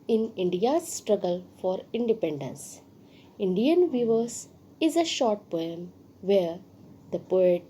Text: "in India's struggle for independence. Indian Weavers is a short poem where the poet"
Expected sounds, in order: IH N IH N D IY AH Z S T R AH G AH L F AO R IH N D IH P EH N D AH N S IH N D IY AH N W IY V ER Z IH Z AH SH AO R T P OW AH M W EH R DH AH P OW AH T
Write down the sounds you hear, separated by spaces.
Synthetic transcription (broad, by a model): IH N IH N D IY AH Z S T R AH G AH L F AO R IH N D IH P EH N D AH N S IH N D IY AH N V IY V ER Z IH Z AH SH AO R T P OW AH M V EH R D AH P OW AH T